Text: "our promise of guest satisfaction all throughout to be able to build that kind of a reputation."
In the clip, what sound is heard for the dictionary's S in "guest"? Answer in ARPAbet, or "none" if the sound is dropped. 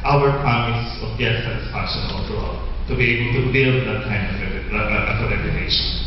none